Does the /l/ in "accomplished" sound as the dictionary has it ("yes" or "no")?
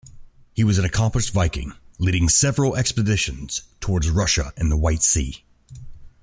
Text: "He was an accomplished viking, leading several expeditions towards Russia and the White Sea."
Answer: no